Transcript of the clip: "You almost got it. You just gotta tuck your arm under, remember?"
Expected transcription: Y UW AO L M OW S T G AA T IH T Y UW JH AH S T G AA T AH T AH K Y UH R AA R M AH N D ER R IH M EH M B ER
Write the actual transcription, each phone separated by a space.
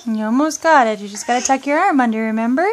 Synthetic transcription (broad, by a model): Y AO M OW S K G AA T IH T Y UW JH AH S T G AA T AH T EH K Y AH R AA R M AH N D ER R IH M EH M B ER